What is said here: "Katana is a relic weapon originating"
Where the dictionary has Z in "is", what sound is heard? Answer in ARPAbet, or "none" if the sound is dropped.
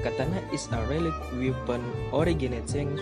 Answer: S